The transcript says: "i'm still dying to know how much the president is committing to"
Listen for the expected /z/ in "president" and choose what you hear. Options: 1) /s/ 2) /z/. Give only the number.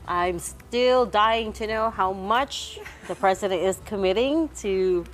2